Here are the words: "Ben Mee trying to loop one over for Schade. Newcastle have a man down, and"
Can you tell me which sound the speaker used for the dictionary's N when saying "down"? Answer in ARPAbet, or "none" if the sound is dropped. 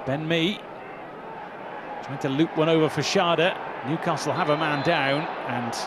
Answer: N